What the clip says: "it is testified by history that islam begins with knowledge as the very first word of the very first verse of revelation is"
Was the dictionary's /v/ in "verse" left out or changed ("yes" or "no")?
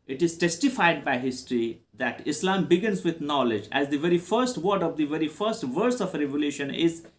no